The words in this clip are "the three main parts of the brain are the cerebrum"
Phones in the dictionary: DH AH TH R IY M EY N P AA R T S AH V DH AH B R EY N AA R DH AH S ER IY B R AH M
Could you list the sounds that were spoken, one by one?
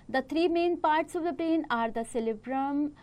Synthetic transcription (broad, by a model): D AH T R IY M EY N P AA R T S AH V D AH B R EY N AA R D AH S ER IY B R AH M